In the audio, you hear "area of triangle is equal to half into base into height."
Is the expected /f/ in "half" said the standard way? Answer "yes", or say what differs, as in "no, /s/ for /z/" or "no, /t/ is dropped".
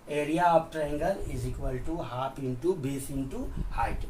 no, /p/ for /f/